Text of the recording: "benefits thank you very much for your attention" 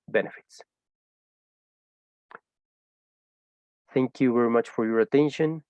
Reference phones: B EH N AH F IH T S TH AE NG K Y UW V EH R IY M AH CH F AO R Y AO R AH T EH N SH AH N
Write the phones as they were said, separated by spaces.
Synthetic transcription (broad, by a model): B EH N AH F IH T S TH AE NG K Y UW V EH R IY M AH CH F AO R Y AO R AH T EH N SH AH N